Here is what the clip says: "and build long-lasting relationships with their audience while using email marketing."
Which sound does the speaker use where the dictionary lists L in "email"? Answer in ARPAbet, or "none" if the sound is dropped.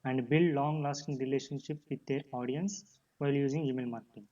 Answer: L